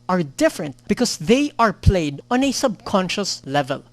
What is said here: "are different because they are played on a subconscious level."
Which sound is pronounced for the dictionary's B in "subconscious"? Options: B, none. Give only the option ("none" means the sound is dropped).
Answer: B